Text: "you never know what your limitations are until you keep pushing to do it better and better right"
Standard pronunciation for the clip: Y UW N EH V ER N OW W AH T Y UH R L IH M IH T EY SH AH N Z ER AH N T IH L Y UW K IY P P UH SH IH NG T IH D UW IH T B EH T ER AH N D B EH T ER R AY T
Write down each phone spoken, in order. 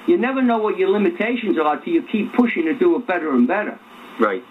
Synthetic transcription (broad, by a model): Y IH N EH V ER N OW W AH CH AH R L IH M IH T EY SH AH N Z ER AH T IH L Y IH K IY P P UH SH IH NG T IH D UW IH T B EH T ER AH N B EH T ER R AY T